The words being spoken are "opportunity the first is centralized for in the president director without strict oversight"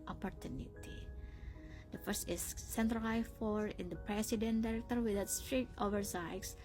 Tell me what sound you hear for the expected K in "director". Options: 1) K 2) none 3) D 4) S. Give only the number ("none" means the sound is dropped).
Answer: 1